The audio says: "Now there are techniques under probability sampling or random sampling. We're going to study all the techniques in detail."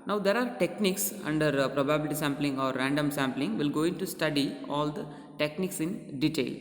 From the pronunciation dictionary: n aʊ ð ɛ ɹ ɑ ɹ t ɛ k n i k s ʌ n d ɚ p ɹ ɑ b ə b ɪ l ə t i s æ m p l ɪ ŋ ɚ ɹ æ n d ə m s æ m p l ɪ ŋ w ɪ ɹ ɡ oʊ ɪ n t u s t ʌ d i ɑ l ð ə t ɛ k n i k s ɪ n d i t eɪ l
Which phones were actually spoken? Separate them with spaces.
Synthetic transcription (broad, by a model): n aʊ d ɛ ɹ ɑ ɹ t ɛ k n i k s ʌ n d ɚ p ɹ ɑ b ə b ɪ l ə t i s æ m p l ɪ ŋ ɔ ɹ æ n d ə m s æ m p l ɪ ŋ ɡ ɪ l ɡ oʊ ɪ n t u s t ʌ d i ɑ l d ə t ɛ k n i k s ɪ n d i t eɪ l